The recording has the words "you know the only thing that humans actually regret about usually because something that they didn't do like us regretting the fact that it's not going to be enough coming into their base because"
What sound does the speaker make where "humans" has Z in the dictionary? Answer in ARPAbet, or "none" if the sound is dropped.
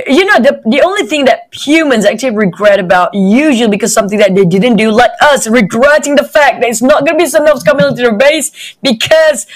Z